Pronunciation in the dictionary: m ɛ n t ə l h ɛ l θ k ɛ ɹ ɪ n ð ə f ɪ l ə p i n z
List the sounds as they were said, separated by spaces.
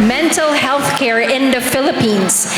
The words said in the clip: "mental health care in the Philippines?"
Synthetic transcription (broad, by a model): m ɛ n t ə l h ɛ l θ k ɛ ɹ ɪ n ð ə f ɪ l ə p i n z